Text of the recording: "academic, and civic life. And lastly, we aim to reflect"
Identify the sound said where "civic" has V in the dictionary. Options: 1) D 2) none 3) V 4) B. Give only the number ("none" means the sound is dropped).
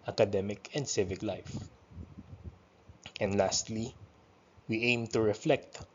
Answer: 3